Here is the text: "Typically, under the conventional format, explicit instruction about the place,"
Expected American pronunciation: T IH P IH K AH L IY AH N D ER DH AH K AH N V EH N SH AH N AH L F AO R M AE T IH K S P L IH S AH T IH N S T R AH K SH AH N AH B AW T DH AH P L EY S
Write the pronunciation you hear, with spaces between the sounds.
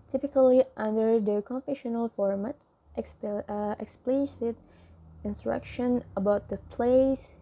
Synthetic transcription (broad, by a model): T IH P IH K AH L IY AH N D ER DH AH K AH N F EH SH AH N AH L F AO R M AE T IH K S P L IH S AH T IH N S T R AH K SH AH N AH B AW T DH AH P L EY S